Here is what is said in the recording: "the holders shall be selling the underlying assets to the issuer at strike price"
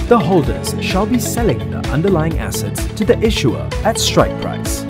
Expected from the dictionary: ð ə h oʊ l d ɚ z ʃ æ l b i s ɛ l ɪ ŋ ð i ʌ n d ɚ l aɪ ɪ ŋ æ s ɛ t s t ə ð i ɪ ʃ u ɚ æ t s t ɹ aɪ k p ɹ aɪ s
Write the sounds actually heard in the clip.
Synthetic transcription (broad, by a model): ð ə h oʊ l d ɚ z ʃ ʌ l b i s ɛ l ɪ ŋ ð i ʌ n d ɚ l aɪ ɪ ŋ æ s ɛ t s t ə ð i ɪ ʃ u ɚ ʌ t s t ɹ aɪ k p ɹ aɪ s